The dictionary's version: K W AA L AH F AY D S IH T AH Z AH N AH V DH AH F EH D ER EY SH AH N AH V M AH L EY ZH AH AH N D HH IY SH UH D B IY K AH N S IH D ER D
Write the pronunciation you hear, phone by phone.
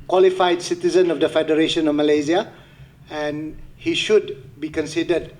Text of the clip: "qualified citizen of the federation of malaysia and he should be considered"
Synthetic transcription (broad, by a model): K W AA L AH F AY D S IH T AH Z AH N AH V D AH F EH D ER EY SH AH N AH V M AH L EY Z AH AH N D HH IY SH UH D B IY K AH N S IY D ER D